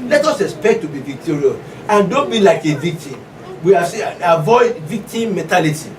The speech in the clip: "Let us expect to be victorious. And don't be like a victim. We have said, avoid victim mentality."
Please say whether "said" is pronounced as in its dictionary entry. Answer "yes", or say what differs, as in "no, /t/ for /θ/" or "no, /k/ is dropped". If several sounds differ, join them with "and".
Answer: no, /d/ is dropped